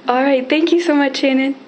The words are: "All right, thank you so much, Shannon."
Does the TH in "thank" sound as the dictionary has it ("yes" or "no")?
no